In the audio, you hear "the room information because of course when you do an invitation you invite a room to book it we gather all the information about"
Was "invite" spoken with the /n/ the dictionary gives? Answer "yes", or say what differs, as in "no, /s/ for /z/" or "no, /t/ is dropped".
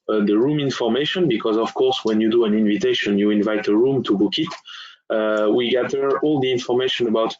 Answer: yes